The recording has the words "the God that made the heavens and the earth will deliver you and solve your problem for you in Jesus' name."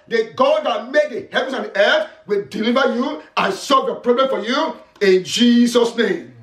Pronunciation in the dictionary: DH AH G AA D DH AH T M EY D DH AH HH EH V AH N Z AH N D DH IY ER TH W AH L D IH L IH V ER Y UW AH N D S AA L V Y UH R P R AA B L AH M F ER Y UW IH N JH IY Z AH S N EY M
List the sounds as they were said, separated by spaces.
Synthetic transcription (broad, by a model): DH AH G AA D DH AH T M EY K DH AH HH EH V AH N S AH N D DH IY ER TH W AH L D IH L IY V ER Y UW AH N S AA V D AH P R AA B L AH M F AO Y UW IH N JH IY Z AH S N EY M